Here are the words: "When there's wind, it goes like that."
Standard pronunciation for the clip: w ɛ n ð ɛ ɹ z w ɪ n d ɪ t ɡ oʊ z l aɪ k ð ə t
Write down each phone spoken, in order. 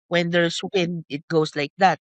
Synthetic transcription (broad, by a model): w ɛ n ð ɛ ɹ s w ɪ n d ɪ t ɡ oʊ s l aɪ k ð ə t